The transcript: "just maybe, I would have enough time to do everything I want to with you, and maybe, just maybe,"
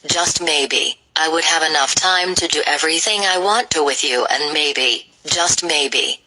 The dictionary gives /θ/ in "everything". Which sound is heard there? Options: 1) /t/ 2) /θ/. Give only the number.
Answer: 2